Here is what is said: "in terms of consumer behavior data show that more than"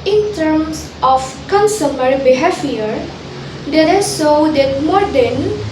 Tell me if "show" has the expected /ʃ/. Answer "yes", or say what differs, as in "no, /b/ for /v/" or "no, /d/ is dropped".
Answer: no, /s/ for /ʃ/